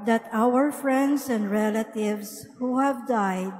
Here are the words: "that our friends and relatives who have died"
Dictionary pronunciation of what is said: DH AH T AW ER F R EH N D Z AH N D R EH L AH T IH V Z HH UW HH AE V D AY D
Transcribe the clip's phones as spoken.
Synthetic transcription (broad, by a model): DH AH T AW ER F R EH N D S AH N D R EH L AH T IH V S HH UW HH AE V D AY D